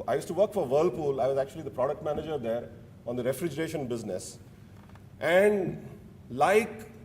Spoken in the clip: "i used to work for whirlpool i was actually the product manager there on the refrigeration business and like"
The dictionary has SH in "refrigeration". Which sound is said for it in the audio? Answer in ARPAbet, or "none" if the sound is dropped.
SH